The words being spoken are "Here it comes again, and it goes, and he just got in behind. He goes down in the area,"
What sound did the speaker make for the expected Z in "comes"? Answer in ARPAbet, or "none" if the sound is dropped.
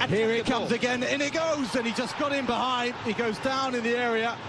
Z